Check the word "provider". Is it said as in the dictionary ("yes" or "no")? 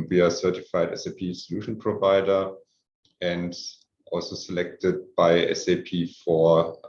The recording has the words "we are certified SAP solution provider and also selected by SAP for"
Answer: yes